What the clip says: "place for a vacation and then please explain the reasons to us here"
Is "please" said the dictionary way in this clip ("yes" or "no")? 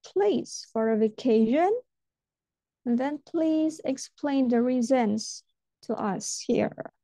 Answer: yes